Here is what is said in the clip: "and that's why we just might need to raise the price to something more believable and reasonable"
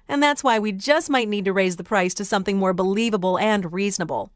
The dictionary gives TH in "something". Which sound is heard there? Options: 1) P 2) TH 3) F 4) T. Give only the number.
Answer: 2